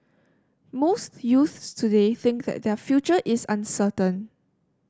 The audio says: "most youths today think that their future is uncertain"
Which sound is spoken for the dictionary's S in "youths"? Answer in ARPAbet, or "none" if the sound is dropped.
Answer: S